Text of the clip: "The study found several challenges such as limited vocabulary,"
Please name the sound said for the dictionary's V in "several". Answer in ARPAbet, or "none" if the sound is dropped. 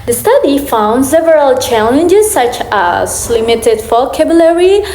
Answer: V